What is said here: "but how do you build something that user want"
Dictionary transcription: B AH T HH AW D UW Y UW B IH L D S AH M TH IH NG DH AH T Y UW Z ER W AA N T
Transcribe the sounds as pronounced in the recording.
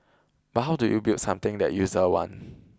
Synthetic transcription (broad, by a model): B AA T HH AW D UW Y UW B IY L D S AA M T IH NG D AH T Y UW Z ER W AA N